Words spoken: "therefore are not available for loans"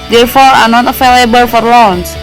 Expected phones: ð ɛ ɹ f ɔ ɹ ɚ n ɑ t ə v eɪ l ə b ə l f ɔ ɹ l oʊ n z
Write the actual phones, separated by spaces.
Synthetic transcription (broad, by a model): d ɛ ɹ f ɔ ɹ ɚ n ɑ t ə f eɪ l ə b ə l f ɔ ɹ l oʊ n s